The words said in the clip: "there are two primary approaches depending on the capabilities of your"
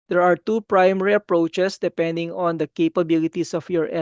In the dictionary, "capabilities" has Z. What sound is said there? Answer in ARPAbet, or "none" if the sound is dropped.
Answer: S